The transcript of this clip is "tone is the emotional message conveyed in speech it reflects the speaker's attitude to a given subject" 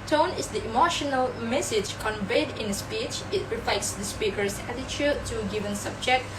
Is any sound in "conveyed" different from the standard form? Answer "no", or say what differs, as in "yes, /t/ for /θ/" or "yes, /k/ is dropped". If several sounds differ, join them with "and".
no